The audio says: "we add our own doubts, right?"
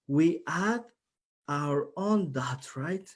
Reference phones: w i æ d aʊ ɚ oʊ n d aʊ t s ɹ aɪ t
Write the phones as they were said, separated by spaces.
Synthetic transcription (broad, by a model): w i æ d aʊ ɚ oʊ n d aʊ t ɹ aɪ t